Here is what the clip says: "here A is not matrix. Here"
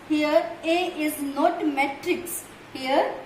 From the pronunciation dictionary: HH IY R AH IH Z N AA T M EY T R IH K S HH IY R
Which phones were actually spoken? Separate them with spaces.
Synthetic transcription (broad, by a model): HH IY R AH IH Z N AA T M EY T R IH K S HH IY R